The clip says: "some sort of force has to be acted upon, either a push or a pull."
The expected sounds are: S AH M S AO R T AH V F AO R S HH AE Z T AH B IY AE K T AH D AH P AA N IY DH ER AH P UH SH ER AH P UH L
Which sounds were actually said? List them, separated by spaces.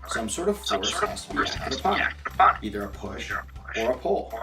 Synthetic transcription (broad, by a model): S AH M S AO R T AH V F AO R S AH S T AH B IY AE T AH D AH P AA N IY DH ER AH P UH SH ER AH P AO L